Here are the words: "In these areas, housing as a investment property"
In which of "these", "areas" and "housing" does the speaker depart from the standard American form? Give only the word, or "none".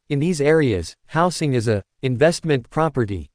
housing